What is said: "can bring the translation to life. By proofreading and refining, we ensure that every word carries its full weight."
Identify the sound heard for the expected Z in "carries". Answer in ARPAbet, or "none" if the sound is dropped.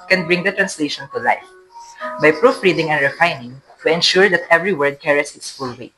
S